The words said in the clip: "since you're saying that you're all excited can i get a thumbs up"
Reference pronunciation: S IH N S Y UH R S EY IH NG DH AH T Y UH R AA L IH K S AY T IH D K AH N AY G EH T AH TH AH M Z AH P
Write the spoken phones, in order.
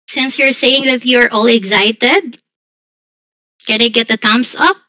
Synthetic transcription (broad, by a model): S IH N S Y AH R S EY IH NG DH AH T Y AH R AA L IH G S AY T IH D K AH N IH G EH T AH T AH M S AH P